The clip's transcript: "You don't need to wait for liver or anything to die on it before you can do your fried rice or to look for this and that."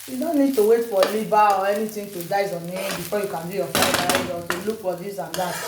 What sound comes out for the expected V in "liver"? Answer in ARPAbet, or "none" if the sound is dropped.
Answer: B